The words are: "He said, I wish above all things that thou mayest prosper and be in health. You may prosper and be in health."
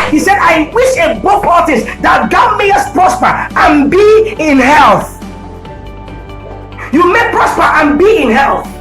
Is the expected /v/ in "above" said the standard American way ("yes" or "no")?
no